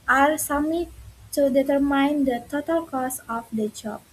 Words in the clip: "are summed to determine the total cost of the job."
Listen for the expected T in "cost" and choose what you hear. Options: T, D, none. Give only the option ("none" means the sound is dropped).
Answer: none